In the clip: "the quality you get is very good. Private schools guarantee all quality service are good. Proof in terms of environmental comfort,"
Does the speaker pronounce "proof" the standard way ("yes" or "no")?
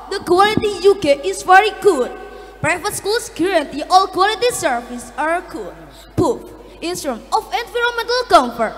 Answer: no